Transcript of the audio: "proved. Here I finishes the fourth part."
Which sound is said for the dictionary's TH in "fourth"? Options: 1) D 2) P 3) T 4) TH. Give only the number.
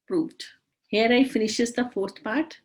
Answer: 3